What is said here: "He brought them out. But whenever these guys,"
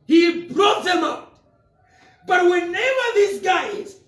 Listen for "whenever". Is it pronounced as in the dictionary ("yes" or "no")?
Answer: no